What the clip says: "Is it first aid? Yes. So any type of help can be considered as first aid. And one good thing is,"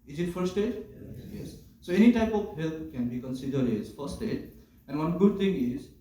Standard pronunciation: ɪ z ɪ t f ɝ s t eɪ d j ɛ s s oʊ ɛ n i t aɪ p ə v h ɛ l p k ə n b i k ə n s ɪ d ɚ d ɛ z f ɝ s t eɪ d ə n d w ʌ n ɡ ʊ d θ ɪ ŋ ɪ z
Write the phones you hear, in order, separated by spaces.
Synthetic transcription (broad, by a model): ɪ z ɪ t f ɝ s t eɪ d j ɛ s s oʊ ɛ n i t aɪ p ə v h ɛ l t k ə n b i k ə n s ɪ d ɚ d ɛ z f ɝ s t eɪ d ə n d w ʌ n ɡ ʊ d t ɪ ŋ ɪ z